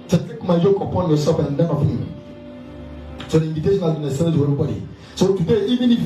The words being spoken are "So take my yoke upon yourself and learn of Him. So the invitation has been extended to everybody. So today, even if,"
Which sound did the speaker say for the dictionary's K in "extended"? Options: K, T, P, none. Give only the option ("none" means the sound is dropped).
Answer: none